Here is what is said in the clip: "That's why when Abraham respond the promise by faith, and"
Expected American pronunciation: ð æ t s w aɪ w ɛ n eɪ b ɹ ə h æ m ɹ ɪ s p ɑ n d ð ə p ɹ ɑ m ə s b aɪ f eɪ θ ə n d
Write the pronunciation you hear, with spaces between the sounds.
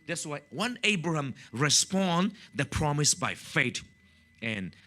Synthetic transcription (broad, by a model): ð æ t s w aɪ w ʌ n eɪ b ɹ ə h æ m ɹ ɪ s p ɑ n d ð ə p ɹ ɑ m ə s b aɪ f eɪ t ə n